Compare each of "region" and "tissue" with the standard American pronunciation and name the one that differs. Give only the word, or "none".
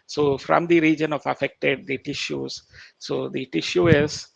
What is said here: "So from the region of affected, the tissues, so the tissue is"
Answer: none